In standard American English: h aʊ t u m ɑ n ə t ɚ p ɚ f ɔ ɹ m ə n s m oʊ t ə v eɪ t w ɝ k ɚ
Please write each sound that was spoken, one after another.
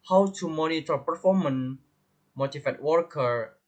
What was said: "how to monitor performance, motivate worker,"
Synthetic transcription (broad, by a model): h aʊ t u m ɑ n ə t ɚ p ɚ f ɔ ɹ m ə n m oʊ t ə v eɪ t w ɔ k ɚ